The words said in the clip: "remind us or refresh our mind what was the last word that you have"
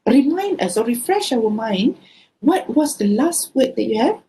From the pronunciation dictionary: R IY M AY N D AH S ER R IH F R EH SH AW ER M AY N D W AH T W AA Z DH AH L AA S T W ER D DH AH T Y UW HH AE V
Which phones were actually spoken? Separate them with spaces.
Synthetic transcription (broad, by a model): R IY M AY N D AH S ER R IH F R EH SH AW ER M AY N D W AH T W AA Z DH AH L AA S T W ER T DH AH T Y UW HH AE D